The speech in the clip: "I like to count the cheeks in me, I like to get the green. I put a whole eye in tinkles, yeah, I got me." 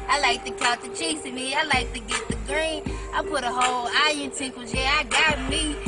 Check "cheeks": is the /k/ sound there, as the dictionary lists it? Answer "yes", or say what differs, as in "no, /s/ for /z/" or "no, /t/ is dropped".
no, /k/ is dropped